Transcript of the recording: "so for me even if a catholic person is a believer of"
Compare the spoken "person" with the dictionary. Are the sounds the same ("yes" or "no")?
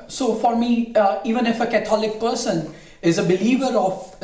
yes